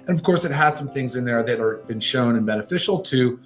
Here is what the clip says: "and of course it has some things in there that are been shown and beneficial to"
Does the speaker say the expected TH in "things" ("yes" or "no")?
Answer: yes